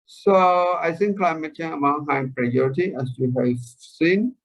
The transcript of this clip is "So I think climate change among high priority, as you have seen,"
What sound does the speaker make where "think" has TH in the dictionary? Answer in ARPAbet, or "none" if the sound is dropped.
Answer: S